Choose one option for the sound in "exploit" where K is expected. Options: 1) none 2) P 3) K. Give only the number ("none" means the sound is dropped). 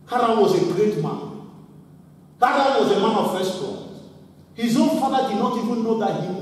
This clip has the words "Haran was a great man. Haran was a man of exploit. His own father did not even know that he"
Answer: 1